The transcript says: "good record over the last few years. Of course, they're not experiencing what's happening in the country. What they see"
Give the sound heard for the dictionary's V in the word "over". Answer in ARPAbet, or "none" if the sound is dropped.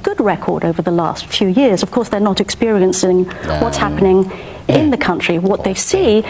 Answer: V